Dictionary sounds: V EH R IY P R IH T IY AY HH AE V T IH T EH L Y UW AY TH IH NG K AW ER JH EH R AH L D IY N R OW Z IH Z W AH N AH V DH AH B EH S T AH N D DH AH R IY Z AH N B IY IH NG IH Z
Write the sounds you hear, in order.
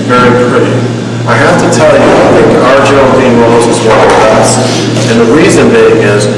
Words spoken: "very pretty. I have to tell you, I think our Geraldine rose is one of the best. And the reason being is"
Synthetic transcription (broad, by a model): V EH R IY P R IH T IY AY HH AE F T IH T EH L Y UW AY TH IH NG K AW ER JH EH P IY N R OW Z IH Z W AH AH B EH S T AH N DH AH R IY Z AH N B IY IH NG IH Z